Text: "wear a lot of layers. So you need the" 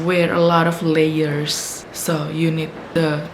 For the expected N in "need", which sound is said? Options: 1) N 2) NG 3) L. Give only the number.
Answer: 1